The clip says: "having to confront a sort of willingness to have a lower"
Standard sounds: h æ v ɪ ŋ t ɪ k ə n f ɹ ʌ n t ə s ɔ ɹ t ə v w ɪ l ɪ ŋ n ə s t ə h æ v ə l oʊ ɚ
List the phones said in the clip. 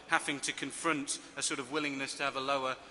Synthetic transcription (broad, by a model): h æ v ɪ ŋ t ɪ k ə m f ɹ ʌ n t ə s ɔ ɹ t ə v w ɪ l ɪ ŋ n ə s t ə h v ə l oʊ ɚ